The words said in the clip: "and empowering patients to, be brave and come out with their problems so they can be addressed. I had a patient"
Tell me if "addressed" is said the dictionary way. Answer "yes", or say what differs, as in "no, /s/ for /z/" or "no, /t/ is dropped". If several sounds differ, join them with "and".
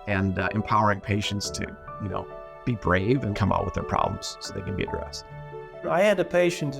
yes